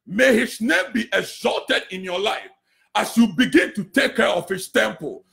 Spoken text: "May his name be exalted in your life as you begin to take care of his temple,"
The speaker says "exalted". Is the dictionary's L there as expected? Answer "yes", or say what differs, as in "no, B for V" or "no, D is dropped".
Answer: yes